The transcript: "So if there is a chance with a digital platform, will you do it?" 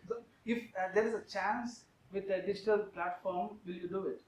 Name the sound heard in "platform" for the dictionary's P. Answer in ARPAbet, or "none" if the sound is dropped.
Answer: P